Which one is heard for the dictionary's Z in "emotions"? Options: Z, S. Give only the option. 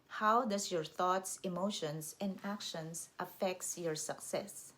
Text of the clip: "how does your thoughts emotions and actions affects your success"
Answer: S